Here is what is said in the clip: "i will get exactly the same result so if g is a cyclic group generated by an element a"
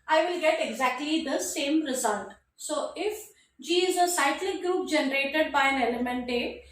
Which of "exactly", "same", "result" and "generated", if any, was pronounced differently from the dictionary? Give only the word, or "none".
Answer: none